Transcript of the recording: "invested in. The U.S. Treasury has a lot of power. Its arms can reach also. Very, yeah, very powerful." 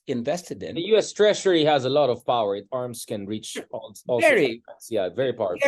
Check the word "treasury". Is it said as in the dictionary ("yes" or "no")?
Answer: no